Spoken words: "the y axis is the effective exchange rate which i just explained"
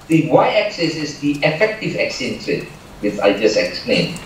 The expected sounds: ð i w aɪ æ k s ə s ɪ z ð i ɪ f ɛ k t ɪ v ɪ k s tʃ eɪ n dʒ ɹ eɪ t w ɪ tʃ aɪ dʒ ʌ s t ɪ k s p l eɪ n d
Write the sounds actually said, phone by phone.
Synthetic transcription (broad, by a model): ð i w aɪ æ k s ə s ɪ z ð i ɪ f ɛ k t ɪ v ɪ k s eɪ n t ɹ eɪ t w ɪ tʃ aɪ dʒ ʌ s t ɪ k s p l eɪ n